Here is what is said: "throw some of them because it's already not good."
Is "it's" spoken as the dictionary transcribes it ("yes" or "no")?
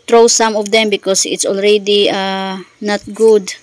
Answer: yes